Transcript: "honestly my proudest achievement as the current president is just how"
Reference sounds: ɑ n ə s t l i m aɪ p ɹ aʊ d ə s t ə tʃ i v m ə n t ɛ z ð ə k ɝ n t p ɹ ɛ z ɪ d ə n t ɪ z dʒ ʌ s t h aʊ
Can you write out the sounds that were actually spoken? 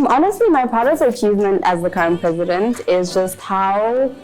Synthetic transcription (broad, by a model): ɑ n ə s t l i m aɪ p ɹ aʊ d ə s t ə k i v m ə n t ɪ z ð ə k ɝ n p ɹ ɛ z ɪ d ə n t ɪ z dʒ ʌ s t h aʊ